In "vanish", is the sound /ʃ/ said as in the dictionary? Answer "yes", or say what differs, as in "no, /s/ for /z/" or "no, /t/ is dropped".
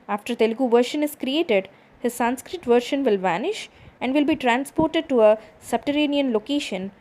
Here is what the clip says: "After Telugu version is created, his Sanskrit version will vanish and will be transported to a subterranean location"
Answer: yes